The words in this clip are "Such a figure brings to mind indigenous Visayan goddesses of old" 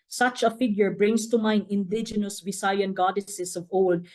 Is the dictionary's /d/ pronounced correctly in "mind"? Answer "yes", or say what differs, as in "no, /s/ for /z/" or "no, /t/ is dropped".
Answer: no, /d/ is dropped